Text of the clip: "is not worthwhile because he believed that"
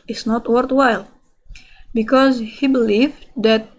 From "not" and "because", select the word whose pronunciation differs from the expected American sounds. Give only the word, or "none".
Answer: none